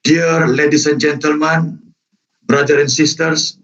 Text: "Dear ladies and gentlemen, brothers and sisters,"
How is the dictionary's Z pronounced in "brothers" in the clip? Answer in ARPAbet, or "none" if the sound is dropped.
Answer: none